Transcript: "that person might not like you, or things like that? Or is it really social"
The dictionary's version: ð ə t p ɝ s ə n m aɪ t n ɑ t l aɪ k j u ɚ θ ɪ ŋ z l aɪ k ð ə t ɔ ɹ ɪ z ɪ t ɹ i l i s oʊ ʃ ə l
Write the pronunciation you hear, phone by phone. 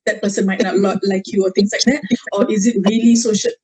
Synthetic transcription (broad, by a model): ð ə t p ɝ s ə n m aɪ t l ɑ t l aɪ k j u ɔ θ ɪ ŋ s l aɪ k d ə t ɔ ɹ ɪ z ɪ t ɹ i l i s oʊ ʃ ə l